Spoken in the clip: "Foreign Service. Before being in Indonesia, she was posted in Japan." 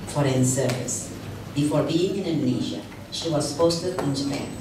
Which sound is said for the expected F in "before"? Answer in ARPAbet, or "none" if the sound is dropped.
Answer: F